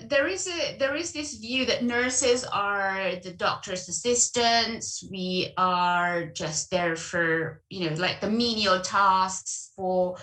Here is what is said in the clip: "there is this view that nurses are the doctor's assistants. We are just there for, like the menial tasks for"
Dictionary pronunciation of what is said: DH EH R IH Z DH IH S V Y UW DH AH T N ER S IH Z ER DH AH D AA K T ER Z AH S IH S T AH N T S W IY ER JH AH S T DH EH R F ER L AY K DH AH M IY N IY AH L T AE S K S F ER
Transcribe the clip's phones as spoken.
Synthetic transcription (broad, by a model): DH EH R IH Z DH IH S V Y UW DH AH T N ER S IH Z ER DH AH D AA K T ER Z AH S IH S T AH N T S W IY ER JH AH S T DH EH R F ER L AY K DH AH M IY N IY AH L T AE S K S F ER